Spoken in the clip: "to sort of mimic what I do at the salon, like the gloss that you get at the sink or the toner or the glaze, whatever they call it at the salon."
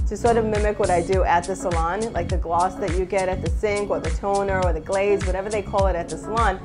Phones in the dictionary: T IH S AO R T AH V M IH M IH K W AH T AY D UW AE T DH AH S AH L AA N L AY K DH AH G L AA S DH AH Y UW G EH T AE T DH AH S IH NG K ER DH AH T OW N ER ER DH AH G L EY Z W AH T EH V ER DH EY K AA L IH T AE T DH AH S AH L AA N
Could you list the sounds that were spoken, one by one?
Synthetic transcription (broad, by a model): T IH S AO R T AH V M IH M IH K W AH T AY D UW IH T DH AH S AH L AA N L AY K DH AH G L AA S DH AH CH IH G EH T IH T DH AH S IH NG K ER DH AH T OW N ER ER DH AH G L EY Z W AH T EH V ER DH EY K AA L IH T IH T DH AH S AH L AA N